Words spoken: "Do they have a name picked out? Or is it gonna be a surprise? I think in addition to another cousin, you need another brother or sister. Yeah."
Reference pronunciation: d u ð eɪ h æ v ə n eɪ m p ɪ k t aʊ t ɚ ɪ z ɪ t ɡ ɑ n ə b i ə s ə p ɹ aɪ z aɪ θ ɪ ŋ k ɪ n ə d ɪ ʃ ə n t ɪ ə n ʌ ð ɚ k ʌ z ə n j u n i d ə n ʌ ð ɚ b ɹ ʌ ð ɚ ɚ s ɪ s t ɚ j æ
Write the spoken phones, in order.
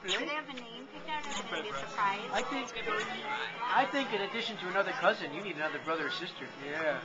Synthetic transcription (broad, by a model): ð eɪ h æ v ə n eɪ m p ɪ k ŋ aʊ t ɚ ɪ s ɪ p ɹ ɑ ə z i ə θ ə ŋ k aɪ aɪ θ ɪ ŋ k ɪ n ə d ɪ ʃ ə n t ɪ ə n ʌ ð ɚ k ʌ z ə n j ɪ n i d ə n ʌ ð ɚ b ɹ ʌ ð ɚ ɚ s ɪ s t ɚ j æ